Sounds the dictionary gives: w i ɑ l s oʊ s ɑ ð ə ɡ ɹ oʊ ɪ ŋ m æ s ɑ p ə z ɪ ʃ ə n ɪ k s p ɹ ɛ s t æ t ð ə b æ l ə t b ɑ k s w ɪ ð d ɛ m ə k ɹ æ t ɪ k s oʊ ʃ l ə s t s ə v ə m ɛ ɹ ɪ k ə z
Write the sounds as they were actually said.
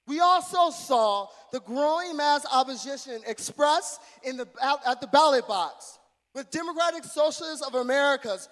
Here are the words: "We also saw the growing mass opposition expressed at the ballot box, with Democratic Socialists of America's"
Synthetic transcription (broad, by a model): w i ɑ l s oʊ s ɑ ð ə ɡ ɹ oʊ ɪ ŋ m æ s ɑ p ə z ɪ ʃ ə n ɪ k s p ɹ ɛ s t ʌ t ð ə b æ l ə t b ɑ k s w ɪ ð d ɛ m ə k ɹ æ t ɪ k s oʊ ʃ l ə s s ə v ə m ɛ ɹ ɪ k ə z